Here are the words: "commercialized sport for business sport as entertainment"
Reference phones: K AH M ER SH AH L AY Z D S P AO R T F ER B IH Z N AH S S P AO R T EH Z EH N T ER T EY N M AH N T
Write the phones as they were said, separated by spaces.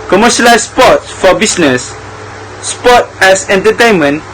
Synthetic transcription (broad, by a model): K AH M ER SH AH L AY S S P AO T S F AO B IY S N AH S S P AO T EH S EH N T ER T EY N M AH N